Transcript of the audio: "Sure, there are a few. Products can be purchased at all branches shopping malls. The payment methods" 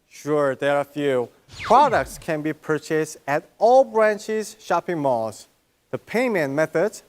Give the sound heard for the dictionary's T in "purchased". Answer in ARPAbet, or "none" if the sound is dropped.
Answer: T